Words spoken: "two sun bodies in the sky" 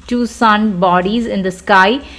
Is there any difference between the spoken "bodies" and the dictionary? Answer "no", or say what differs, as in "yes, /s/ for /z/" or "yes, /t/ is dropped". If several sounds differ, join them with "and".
no